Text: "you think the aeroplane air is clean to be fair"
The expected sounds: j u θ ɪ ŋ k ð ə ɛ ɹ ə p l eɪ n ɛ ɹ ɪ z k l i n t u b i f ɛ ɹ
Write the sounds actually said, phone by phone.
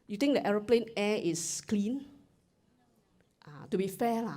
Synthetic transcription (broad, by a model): j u t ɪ ŋ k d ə ɛ ɹ ə p l eɪ n ɛ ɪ s k l i n t u b i f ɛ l